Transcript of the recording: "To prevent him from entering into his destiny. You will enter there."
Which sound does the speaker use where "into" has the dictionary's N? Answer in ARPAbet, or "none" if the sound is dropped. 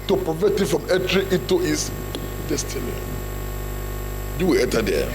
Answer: none